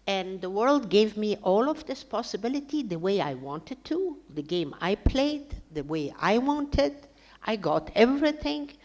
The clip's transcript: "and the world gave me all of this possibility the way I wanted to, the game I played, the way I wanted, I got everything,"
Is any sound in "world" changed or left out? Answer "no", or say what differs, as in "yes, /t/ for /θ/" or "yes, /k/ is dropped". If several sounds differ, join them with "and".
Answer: no